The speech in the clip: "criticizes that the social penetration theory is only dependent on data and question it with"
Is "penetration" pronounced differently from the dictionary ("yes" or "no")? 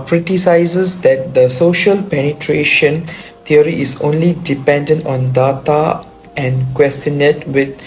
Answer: no